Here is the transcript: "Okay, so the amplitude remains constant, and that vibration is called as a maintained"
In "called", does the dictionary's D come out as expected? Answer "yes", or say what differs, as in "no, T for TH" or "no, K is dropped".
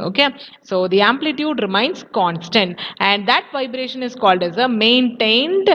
yes